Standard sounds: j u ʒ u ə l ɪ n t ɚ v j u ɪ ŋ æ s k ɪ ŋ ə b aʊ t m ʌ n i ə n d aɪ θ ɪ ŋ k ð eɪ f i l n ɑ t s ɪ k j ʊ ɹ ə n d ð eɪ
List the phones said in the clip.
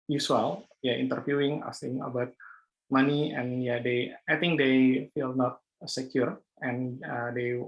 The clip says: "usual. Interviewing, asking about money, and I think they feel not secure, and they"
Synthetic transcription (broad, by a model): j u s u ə l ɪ n t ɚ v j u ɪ ŋ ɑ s ɪ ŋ ə b aʊ t m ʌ n i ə n d aɪ t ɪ ŋ k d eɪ f i l n ɑ t s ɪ k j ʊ ɹ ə n d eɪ